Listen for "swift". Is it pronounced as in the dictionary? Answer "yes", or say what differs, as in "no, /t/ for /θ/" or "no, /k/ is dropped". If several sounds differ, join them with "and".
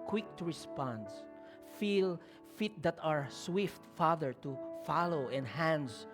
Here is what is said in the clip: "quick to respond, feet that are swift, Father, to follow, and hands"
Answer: yes